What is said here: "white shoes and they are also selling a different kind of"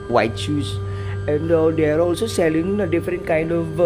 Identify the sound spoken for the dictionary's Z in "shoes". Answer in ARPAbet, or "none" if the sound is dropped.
S